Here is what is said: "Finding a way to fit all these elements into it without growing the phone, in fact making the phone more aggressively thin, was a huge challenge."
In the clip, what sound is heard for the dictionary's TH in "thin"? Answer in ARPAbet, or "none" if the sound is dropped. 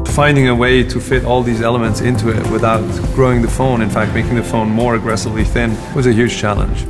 TH